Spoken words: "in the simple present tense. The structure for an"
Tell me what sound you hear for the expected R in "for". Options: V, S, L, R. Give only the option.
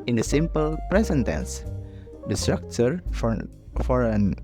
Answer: R